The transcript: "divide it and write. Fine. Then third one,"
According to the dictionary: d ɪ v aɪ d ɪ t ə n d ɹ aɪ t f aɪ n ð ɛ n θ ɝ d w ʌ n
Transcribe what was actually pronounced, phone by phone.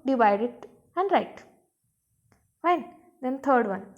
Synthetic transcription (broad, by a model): d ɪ v aɪ d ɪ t ə n d ɹ aɪ t f aɪ n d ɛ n t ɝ d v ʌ n